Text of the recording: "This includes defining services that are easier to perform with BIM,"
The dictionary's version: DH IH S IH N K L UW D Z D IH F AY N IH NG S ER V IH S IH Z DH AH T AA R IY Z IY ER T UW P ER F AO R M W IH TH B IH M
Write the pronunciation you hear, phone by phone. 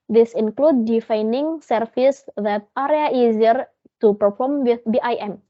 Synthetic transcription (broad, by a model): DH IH S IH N K L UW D D IH F AY N IH NG S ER F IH S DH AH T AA R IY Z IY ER T UW P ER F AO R M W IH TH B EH M